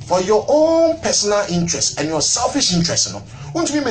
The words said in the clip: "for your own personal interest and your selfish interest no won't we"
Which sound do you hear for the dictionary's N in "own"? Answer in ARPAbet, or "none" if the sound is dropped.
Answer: N